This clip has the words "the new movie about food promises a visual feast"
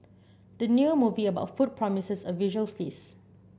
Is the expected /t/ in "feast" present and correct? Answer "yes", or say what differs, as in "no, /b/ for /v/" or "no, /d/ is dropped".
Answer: no, /t/ is dropped